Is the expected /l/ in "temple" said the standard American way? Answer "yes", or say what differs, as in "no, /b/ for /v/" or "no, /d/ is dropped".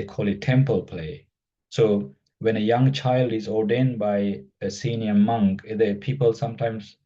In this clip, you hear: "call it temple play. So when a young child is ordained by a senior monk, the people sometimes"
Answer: yes